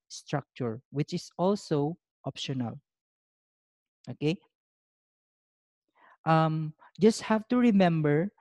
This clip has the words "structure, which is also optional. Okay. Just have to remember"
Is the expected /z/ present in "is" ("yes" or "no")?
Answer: no